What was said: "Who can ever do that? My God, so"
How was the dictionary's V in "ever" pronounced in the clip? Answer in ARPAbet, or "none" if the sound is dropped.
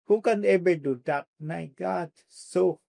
B